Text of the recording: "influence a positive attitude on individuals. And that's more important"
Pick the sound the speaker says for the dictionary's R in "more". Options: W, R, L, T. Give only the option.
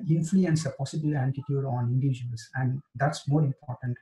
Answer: R